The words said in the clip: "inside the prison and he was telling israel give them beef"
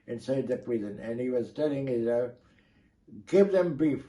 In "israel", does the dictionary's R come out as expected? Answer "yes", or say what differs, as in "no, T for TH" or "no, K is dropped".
no, R is dropped